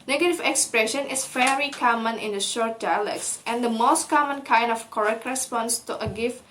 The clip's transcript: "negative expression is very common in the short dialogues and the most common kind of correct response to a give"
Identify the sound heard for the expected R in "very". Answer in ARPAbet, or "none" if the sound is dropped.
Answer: L